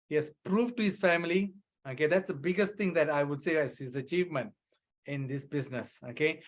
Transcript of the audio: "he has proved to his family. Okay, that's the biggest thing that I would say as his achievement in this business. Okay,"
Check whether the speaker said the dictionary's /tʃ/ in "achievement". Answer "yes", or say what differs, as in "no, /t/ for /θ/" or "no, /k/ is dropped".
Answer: yes